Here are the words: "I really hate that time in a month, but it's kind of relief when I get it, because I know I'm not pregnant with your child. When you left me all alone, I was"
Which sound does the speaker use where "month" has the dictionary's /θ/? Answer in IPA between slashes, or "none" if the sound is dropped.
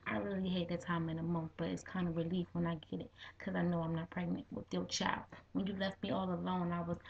/θ/